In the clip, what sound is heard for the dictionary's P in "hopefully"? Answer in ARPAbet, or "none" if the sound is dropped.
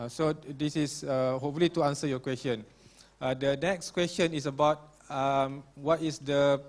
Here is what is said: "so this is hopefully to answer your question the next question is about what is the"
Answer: none